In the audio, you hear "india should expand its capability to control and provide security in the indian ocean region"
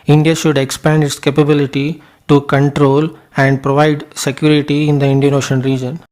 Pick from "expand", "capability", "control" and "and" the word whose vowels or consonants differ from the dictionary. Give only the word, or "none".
none